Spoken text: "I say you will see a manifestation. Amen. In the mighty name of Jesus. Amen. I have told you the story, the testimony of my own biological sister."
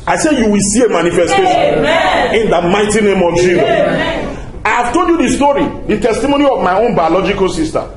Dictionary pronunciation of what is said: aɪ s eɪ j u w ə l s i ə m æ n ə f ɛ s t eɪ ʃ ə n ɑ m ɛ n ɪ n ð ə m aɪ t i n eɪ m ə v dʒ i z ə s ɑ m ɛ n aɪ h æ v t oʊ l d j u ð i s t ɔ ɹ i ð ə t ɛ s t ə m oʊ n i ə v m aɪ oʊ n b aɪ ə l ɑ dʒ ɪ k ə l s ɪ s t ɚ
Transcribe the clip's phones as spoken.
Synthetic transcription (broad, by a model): aɪ s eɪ j u w ə l s i ə m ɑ n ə f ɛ s t eɪ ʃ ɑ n ɪ n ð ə m aɪ t i n eɪ m ə v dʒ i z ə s ɑ ɪ h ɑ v t oʊ l d j u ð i s t ɔ ɹ i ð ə t ɛ s t ə m oʊ n i ə v m aɪ oʊ n b aɪ ə l ɑ dʒ ɪ k ə l s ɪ s t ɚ